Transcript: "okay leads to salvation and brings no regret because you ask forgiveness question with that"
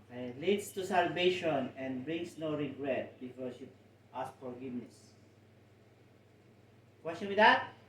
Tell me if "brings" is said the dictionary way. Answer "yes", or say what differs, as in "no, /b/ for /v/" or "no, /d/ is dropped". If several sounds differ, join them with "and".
no, /s/ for /z/